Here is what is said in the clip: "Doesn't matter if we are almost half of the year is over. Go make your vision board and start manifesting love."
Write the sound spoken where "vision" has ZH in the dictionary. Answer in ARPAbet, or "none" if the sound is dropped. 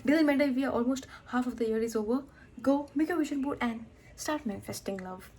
SH